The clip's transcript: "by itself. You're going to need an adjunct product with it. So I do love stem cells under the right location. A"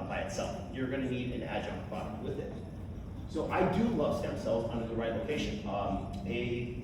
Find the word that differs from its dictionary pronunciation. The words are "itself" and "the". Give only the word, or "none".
none